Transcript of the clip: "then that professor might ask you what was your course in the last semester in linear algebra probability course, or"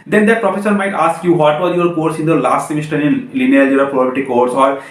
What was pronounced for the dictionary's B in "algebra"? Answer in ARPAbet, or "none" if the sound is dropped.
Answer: none